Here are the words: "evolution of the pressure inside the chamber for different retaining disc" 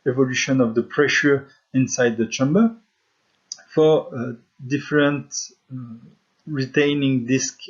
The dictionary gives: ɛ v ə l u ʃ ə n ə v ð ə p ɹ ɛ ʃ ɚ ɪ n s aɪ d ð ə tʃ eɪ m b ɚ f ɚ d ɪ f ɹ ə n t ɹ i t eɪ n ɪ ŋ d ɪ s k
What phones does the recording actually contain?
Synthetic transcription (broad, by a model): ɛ v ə l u ʃ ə n ə v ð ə p ɹ ɛ ʃ ɚ ɪ n s aɪ d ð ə tʃ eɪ m b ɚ f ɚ d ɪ f ɹ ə n t ɹ i t eɪ n ɪ ŋ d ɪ s k